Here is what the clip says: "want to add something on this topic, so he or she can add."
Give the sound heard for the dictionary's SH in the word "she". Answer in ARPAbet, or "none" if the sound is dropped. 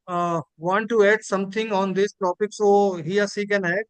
S